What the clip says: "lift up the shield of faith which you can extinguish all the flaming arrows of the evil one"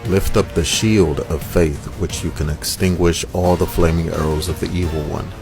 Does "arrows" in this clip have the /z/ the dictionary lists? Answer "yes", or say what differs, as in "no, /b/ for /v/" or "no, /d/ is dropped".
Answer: yes